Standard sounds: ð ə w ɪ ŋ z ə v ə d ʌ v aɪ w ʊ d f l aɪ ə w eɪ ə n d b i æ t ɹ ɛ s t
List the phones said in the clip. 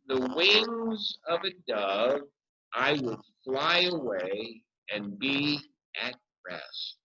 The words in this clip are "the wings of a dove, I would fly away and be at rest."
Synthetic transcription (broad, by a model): ð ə w ɪ ŋ z ə v ə d ʌ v aɪ w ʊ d f l aɪ ə w eɪ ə n b i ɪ t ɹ ɛ s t